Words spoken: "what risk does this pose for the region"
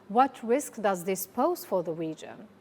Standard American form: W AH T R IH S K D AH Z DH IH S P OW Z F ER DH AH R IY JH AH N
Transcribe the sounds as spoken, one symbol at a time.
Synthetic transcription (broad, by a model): W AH T R IH S K D AH Z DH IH S P OW Z F ER DH AH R IY JH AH N